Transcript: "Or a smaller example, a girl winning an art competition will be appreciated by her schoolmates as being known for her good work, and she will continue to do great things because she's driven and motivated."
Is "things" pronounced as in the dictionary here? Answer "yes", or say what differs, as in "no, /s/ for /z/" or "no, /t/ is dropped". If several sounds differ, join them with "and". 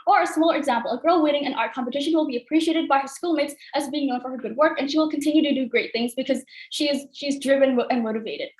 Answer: yes